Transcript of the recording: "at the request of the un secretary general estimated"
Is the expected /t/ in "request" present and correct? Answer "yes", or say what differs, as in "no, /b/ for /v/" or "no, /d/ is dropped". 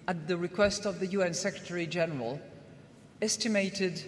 yes